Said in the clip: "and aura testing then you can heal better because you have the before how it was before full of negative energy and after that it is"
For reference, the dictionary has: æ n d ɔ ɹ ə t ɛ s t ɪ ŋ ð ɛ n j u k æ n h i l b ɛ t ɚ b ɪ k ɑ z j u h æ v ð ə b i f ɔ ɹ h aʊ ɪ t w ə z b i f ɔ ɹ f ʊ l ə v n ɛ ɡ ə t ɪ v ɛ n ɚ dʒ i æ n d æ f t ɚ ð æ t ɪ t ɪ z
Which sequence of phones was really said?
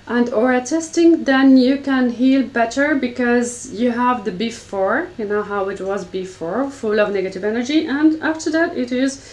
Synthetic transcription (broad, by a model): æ n d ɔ ɹ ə t ɛ s t ɪ ŋ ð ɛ n j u k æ n h i l b ɛ t ɚ b ɪ k ɑ z j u h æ v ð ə b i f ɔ ɹ h aʊ ɪ t w ə z b i f ɔ ɹ f ʊ l ə v n ɛ ɡ ə t ɪ v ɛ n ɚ dʒ i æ n d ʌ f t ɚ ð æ t ɪ t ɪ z